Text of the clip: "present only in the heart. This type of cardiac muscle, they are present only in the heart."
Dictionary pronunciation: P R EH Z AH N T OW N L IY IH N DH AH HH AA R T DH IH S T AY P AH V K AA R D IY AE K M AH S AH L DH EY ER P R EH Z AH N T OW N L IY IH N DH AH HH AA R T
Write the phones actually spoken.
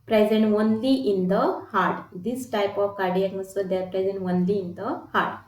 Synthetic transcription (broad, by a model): P R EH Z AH N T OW N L IY IH N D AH HH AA R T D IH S T AY P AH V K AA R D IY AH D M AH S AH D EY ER P R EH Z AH N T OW N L IY IH N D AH HH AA R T